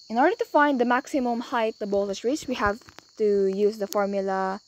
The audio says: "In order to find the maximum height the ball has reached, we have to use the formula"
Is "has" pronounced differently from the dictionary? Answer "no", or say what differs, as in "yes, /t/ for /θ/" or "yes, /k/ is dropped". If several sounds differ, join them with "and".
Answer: yes, /s/ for /z/